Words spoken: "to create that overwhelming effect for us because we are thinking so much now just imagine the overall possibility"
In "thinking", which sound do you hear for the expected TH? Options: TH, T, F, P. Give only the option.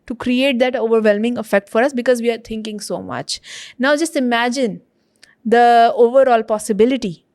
T